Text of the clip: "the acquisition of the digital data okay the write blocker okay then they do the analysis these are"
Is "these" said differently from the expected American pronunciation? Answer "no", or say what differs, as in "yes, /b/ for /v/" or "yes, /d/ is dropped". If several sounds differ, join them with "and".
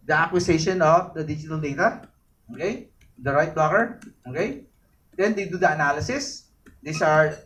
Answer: yes, /s/ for /z/